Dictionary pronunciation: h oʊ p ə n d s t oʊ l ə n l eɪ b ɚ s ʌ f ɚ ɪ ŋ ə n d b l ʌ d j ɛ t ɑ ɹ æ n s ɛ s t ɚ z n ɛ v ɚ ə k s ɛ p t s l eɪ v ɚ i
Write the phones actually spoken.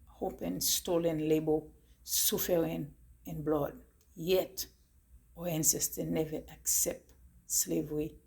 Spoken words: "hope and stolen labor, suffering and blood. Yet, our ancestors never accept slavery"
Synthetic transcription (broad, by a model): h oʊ p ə n s t oʊ l ə n l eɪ b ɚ s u f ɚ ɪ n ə n b l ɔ d j ɛ t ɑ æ n s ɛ s t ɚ n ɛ v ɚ ə k s ɛ p t s l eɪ v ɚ i